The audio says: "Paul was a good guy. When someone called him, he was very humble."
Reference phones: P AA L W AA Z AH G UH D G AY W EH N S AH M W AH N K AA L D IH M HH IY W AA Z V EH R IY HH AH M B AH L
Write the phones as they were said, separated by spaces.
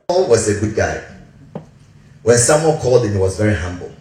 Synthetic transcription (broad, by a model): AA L W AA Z AH G UH D G AY W EH N S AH M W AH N K AA L D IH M HH IY W AA Z V EH R IY HH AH M B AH L